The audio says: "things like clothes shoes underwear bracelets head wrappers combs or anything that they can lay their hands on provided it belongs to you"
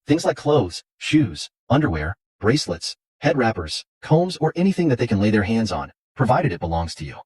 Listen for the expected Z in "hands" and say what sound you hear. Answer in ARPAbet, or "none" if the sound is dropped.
Z